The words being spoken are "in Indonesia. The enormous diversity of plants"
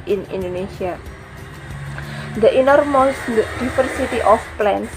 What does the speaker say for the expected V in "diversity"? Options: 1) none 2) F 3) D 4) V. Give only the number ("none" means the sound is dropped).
2